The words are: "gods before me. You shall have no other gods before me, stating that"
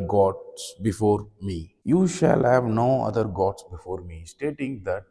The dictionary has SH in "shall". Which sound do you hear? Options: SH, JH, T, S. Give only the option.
SH